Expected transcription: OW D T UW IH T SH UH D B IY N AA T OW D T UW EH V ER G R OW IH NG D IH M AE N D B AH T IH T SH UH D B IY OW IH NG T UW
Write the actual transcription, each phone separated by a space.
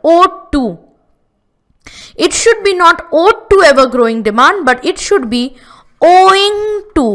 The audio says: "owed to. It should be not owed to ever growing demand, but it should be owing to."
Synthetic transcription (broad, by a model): OW T UW IH T SH UH D B IY N AA T OW T UW EH V ER G R OW IH NG D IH M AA N D B AH T IH T SH UH D B IY OW IH NG T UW